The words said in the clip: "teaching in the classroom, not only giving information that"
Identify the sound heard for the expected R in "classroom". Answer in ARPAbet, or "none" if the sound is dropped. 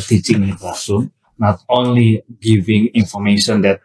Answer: none